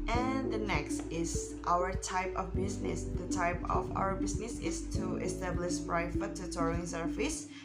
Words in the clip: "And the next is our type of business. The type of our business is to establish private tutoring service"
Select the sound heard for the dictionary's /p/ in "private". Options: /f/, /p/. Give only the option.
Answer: /f/